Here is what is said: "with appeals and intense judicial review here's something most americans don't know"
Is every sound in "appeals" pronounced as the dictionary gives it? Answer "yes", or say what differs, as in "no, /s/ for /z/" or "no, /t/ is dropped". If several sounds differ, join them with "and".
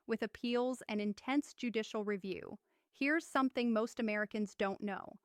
yes